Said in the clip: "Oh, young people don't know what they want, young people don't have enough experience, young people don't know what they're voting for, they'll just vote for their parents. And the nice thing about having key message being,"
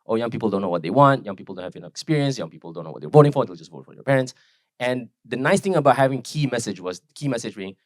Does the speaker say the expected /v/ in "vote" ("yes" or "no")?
yes